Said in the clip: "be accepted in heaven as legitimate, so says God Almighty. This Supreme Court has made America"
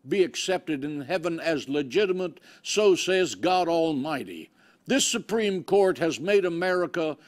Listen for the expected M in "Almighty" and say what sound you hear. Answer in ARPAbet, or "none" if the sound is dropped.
M